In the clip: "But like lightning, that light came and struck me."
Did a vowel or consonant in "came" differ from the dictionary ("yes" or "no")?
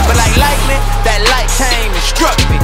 yes